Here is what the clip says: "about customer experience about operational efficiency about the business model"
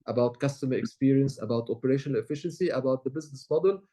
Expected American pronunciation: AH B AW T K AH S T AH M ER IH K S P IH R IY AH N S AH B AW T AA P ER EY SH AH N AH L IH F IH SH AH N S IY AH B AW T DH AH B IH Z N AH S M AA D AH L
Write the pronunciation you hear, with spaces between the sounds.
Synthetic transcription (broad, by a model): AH B AW T K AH S T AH M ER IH K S P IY R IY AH N S AH B AW T AA P ER EY SH AH N AH L IH F IH SH AH N S IY AH B AW T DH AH B IH Z N AH S M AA D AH L